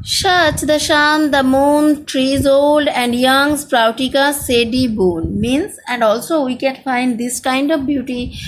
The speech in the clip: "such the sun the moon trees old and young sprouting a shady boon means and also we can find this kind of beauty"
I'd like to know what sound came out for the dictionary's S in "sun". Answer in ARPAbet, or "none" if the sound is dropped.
SH